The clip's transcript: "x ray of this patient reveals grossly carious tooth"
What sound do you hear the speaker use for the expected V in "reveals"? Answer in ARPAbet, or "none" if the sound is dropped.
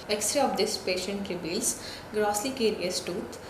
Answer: B